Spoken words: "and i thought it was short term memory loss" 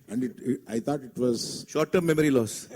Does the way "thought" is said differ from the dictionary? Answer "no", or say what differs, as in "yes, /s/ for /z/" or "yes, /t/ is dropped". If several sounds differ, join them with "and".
yes, /t/ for /θ/